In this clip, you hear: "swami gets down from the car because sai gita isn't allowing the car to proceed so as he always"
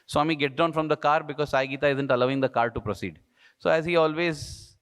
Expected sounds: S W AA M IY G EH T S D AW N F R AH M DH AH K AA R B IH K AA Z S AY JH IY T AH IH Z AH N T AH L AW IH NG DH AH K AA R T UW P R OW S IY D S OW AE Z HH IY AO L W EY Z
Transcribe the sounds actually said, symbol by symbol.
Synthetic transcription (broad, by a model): S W AA M IY G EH T D AW N F R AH M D AH K AA R B IH K AA Z S AY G IY T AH IH Z AH N T AH L AW IH NG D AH K AA R T UW P R OW S IY D S OW AE Z HH IY AO L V EY Z